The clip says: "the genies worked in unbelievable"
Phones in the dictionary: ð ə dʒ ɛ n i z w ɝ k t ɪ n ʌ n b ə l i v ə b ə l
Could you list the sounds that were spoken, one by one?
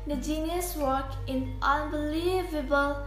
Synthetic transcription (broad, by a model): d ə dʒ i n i s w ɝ k ɪ n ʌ n b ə l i v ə b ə l